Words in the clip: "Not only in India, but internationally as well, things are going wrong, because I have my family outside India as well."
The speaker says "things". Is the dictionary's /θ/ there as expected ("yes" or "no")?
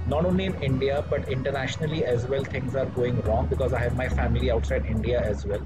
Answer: no